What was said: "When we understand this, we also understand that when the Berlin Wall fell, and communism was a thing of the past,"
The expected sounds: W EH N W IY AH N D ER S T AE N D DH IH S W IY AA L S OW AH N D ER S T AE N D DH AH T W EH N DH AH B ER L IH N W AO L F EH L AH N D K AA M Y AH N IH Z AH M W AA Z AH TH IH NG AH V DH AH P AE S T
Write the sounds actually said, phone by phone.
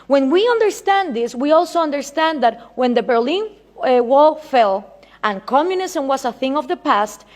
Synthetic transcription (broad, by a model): W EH N W IY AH N D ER S T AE N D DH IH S W IY AA L S OW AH N D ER S T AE N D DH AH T W EH N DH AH B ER L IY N W AO L F EH L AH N K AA M Y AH N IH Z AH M W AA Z AH TH IH NG AH V DH AH P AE S T